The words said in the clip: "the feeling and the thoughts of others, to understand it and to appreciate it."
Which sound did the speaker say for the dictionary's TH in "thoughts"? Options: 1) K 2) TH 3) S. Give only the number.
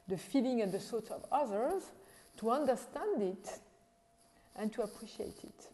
3